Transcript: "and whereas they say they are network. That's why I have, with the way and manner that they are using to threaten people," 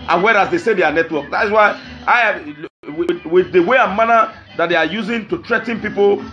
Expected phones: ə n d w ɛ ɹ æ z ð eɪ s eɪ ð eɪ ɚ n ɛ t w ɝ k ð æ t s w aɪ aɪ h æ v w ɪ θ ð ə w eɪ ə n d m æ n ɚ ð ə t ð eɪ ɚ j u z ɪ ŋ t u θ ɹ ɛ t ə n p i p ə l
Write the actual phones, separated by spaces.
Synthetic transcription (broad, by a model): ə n w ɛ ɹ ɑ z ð eɪ s eɪ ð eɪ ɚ n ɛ t w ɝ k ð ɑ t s w aɪ aɪ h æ w w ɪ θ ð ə w eɪ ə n m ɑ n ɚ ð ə t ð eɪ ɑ j u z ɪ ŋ t u t ɹ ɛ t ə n p i p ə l